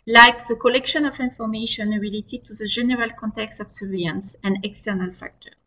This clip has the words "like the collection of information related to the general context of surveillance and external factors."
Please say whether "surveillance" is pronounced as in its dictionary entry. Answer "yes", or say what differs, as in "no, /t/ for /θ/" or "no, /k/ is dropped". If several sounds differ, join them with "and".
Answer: no, /l/ is dropped